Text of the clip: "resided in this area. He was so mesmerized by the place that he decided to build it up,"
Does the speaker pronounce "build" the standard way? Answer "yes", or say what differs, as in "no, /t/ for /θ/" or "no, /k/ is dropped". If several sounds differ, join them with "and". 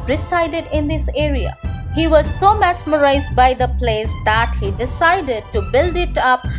yes